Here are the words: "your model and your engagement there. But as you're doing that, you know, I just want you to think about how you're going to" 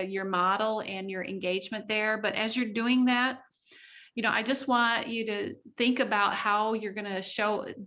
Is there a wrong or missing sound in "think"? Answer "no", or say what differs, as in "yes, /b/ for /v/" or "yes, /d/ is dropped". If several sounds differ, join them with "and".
no